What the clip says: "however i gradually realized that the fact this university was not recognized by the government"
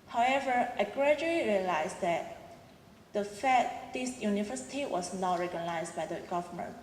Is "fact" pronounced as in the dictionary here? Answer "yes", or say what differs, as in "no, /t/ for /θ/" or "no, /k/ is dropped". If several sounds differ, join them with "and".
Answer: no, /k/ is dropped